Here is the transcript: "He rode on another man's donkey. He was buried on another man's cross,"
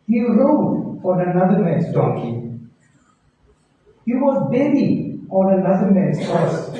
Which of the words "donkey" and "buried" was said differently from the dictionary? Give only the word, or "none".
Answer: buried